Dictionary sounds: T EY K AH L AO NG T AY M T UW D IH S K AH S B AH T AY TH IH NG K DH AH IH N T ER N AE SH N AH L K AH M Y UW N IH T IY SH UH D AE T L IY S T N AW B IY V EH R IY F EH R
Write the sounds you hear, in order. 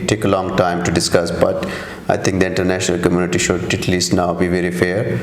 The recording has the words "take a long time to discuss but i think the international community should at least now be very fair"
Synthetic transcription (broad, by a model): T EY K AH L AO NG T AY M T UW D IH S K AH S B AH T AY T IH NG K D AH IH N T ER N AE SH N AH L K AH M Y UW N IH T IY SH UH D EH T L IY S T N AW B IY V EH R IY F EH R